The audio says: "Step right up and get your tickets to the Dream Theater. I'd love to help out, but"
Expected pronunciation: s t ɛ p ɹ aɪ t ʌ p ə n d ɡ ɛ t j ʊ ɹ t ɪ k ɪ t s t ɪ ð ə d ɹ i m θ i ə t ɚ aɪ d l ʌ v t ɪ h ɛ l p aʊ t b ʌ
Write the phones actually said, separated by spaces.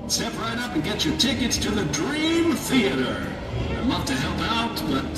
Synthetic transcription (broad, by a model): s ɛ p ɹ aɪ t ʌ p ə n ɡ ɛ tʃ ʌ ɹ t ɪ k ɪ t s t ɪ ð ə d ɹ i m θ i ə t ɚ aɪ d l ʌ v t ɪ h ɛ l p aʊ t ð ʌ